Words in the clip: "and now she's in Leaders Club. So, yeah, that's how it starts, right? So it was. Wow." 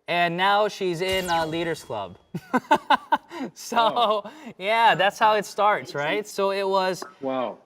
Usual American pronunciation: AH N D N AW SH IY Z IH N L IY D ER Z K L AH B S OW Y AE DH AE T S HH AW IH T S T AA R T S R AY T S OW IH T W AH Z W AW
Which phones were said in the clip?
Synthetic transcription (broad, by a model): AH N N AW SH IY Z IH N L IY D ER Z K L AH B S OW Y AE DH AE T S HH AW IH T S T AA R T S R AY T S OW IH T W AH Z W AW